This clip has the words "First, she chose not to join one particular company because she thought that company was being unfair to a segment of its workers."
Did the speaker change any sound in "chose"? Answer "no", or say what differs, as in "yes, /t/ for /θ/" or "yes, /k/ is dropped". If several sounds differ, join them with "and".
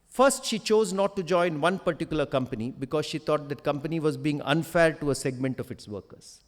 no